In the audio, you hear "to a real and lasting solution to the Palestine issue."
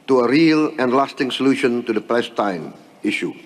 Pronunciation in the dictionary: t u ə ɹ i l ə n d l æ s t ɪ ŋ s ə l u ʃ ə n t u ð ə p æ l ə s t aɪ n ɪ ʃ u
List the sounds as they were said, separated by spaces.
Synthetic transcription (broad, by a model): t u ə ɹ i l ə n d l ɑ s t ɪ ŋ s ə l u ʃ ə n t u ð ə p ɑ ə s t aɪ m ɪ ʃ u